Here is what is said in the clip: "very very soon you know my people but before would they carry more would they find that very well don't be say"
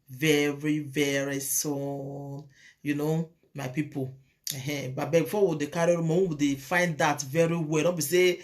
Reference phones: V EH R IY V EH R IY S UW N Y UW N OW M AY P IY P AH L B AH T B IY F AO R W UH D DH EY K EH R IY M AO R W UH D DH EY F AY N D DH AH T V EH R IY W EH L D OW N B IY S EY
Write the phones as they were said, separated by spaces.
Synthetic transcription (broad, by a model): V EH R IY V EH R IY S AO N Y UW N OW M AY P IY P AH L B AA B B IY F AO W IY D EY K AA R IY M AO W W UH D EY F AY N D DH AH T V EH R IY W EH L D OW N B IY S EY